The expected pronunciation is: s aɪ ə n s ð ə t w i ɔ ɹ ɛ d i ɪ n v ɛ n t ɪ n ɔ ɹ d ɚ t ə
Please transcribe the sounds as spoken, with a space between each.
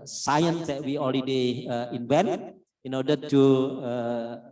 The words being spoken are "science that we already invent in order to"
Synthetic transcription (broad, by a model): s aɪ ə n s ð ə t w i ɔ l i d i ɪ n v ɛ n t ɪ n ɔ ɹ d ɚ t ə